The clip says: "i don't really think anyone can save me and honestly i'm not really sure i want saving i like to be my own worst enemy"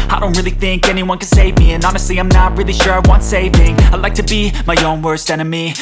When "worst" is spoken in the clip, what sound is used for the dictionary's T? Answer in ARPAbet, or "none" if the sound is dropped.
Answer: T